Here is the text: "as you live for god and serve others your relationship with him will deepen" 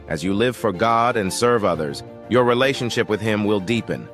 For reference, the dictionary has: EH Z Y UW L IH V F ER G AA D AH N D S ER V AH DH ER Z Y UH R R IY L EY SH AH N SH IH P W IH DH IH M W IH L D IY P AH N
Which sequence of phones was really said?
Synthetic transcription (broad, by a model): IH Z Y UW L IH V F ER G AA D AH N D S ER V AH DH ER Z Y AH R R IY L EY SH AH N SH IH P W IH DH IH M W IH L D IY P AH N